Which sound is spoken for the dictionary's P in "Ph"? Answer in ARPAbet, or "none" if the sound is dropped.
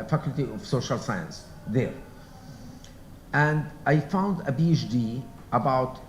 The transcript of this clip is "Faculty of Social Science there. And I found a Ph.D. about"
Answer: B